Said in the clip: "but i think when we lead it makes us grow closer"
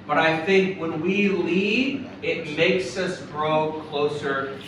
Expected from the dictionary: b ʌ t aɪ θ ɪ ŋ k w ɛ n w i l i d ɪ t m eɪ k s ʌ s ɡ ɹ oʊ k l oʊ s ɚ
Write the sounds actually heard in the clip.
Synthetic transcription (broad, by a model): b ʌ t aɪ θ ɪ ŋ k w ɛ n w i l i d ɪ t m eɪ k s ʌ s ɡ ɹ oʊ k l oʊ s ɚ